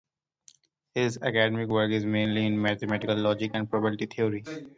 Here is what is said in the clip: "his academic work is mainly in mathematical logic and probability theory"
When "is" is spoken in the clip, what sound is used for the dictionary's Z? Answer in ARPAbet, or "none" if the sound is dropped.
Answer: Z